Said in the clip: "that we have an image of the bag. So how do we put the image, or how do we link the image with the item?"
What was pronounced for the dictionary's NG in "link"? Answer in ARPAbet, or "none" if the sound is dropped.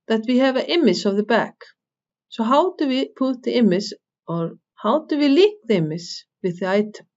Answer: none